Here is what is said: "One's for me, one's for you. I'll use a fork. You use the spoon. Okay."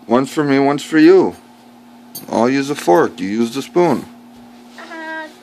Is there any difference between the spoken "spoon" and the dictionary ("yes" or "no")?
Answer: no